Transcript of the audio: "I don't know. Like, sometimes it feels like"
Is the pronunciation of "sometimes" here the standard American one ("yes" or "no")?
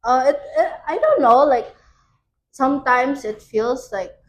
no